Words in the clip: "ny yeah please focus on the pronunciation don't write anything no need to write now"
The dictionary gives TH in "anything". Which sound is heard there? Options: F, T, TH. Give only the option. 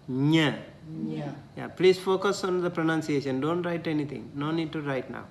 T